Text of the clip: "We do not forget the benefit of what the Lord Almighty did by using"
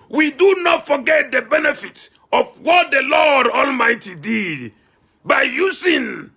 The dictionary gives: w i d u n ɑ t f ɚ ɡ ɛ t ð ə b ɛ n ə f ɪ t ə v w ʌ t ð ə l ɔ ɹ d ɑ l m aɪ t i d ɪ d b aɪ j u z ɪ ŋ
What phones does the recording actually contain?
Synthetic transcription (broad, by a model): w i d u n ɑ t f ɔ ɡ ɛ t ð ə b ɛ n ə f ɪ t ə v w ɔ t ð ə l ɔ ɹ d ɑ l m aɪ t i d ɪ d b aɪ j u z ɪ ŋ